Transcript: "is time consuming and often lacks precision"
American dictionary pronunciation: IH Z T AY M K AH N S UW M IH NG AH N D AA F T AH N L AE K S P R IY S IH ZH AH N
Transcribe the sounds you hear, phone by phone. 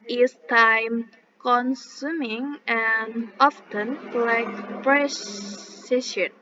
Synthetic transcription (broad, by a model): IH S T AY M K AH N S UW M IH NG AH N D AA F T AH N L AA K P R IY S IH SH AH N